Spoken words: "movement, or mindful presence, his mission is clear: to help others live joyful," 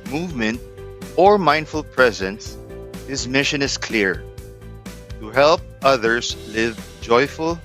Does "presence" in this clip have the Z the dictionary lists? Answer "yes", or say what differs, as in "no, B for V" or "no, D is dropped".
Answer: yes